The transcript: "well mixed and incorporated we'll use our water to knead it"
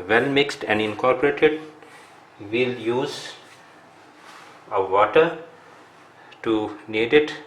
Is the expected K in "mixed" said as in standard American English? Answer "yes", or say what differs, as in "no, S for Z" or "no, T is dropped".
yes